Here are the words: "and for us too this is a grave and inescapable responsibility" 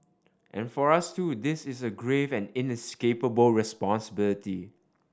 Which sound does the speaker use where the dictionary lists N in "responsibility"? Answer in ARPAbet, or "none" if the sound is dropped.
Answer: N